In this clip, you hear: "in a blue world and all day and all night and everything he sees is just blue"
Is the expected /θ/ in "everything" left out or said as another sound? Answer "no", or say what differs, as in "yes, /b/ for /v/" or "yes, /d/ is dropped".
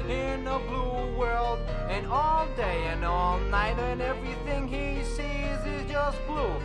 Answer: no